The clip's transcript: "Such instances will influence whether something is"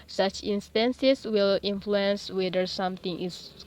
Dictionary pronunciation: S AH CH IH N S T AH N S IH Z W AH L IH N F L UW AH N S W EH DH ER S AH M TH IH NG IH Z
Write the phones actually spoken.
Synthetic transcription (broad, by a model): S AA CH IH N S T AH N S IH S W AH L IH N F L UW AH N S W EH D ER S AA M T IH NG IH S